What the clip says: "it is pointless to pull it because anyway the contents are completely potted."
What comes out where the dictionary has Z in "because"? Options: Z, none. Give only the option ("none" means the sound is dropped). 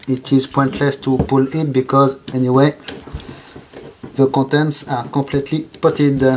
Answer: Z